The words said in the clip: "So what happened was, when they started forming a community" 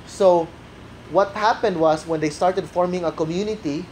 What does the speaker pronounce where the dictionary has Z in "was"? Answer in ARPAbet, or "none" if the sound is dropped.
S